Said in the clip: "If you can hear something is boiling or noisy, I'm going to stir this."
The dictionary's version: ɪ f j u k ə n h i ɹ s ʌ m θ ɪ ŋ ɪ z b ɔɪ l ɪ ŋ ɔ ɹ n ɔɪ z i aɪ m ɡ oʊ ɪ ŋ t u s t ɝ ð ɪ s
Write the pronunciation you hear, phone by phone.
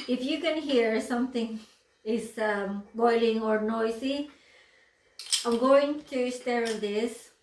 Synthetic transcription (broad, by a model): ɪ f j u k ə n h i ɹ s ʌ m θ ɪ ŋ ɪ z b ɔɪ l ɪ ŋ ɔ ɹ n ɔɪ s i aɪ m ɡ oʊ ɪ ŋ t u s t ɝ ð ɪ s